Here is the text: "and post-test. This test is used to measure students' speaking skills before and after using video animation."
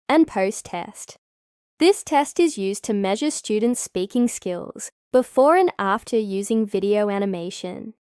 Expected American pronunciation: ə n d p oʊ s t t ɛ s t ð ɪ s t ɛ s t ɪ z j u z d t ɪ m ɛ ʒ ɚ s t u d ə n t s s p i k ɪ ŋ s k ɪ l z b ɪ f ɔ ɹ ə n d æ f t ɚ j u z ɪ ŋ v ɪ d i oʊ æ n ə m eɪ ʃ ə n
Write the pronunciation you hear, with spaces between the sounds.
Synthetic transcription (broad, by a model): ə n p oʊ s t t ɛ s t ð ɪ s t ɛ s t ɪ z j u z t ɪ m ɛ ʒ ɚ s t u d n t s s p i k ɪ ŋ s k ɪ l z b ɪ f ɔ ɹ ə n æ f t ɚ j u z ɪ ŋ v ɪ d i oʊ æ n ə m eɪ ʃ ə n